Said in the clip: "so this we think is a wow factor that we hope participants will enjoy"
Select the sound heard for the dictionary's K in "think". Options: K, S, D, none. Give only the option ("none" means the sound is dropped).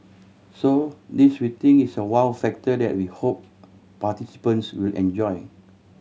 none